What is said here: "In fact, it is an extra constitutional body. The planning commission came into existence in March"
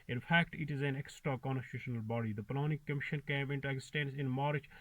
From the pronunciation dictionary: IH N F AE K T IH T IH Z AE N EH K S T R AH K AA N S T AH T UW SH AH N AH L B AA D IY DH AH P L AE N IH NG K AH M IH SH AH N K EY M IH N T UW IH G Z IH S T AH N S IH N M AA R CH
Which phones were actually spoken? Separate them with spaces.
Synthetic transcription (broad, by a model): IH N F AE K T IH T IH Z AE N EH K S T R AH K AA N S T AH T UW SH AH N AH L B AA D IY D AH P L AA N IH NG K AH M IH SH AH N K EY M IH N T UW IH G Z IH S T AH N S IH N M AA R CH